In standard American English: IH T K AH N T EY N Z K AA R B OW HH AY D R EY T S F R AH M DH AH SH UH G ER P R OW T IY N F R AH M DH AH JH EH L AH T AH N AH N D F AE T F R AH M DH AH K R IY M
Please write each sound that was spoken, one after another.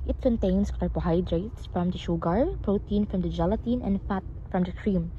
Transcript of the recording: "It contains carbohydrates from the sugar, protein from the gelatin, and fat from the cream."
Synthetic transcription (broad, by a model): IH T K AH N T EY N S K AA R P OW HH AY D R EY T S F R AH M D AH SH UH G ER P R OW T IY N F R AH M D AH JH EH L AH T AH N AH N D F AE T F R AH M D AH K R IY M